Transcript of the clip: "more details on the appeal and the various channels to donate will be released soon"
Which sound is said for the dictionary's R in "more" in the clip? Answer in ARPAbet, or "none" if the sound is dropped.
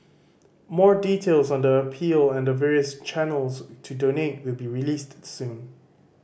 R